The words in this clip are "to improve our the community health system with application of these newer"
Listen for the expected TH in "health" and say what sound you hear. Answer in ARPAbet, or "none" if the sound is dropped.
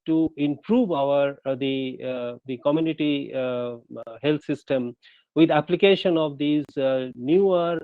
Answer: T